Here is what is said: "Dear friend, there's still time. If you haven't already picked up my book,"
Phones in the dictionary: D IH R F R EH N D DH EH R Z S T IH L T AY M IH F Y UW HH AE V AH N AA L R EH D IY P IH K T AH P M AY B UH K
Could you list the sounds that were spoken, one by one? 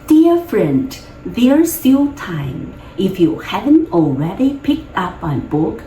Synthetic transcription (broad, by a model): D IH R F R EH N D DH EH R S T IH L T AY M IH F Y UW HH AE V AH N AA L R EH D IY P IH K T AH P M AY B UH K